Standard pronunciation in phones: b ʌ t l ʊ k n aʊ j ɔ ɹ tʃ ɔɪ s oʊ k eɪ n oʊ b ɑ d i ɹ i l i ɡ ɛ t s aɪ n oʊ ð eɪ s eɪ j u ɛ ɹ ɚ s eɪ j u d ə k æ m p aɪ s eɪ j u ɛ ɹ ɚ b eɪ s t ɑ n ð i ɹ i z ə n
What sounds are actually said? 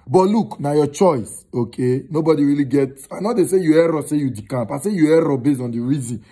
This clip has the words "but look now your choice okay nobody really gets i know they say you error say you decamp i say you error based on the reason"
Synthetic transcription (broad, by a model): b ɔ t l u k n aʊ j ɔ tʃ ɔɪ s oʊ k eɪ n oʊ b ɑ d i ɹ i l i ɡ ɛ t aɪ n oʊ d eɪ s eɪ j u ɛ ɹ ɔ s eɪ j u d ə k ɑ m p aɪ s eɪ j u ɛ ɹ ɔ b eɪ s t ɑ n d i ɹ i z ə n